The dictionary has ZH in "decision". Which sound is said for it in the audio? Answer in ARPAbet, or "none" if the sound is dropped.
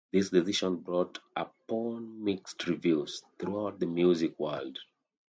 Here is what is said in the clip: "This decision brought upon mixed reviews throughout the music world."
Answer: SH